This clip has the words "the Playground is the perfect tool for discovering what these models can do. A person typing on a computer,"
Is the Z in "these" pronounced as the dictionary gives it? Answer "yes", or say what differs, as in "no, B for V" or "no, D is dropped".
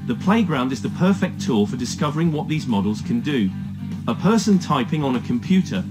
yes